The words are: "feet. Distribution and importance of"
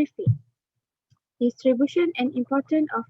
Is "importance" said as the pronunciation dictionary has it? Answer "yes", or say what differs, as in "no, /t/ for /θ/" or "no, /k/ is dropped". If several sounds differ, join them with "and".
no, /s/ is dropped